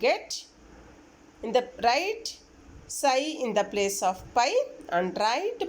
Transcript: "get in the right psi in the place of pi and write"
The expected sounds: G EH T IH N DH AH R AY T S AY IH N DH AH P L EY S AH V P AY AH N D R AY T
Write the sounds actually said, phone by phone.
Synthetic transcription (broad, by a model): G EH T IH N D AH R AY T S AY IH N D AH P L EY S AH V P AY AH N D R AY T